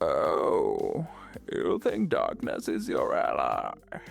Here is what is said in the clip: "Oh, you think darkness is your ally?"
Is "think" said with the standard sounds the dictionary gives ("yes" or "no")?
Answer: yes